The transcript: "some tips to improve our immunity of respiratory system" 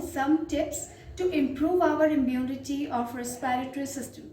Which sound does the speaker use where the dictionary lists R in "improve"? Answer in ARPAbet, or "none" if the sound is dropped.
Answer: R